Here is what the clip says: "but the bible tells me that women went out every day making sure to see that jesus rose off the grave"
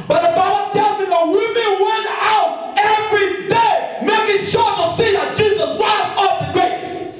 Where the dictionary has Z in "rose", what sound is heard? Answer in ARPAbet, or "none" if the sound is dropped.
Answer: S